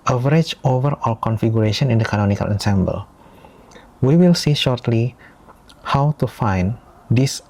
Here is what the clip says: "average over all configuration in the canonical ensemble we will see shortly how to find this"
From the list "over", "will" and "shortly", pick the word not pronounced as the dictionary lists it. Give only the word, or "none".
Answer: none